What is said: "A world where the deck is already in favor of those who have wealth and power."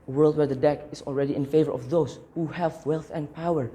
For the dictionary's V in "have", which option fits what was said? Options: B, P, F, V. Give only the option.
V